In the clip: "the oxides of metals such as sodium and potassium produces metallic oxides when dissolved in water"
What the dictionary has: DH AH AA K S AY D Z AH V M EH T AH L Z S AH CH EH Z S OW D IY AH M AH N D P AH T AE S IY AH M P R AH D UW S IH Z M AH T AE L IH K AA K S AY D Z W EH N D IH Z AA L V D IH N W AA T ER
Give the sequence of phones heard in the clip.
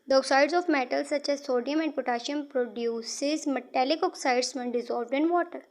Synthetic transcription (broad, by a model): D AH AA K S AY D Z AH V M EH T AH L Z S AH CH EH Z S OW D IY AH M AH N D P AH T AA SH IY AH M P R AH D UW S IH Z M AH T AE L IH K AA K S AY D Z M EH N D IH Z AA L V D IH N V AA T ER